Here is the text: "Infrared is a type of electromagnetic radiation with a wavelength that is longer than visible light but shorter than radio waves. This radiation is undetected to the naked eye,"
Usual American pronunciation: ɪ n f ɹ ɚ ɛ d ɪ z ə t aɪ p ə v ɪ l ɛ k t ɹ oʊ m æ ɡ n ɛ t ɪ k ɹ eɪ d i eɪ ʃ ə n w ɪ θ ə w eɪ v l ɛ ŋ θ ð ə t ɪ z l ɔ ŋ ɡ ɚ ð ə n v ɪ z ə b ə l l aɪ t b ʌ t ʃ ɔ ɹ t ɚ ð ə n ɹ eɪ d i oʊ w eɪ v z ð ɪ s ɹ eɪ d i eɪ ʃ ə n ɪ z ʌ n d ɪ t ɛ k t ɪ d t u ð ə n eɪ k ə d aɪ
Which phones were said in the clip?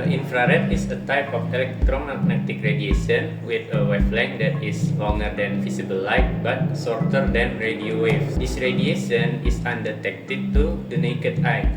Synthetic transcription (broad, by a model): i n f ɹ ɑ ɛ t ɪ s ə t aɪ p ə f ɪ l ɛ k t ɹ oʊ m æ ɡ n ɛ t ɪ k ɹ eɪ d i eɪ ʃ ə n w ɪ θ ə w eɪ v l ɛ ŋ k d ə t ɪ s l ɔ ŋ ɡ ɚ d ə n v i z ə b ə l l aɪ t b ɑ t s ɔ ɹ t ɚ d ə n ɹ eɪ d i oʊ w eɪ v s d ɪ s ɹ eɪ d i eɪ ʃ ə n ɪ s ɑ n d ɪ t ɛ k t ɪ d t u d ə n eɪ k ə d aɪ